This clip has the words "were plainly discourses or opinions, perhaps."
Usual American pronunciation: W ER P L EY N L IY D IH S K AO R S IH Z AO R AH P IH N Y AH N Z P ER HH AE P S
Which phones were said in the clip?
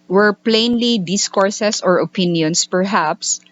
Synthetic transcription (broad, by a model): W ER P L EY N L IY D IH S K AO R S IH S AO R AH P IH N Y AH N S P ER HH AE P S